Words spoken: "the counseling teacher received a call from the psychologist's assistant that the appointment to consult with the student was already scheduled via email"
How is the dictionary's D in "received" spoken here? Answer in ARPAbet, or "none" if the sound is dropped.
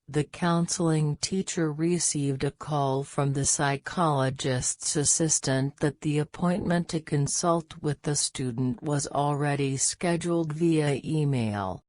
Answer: D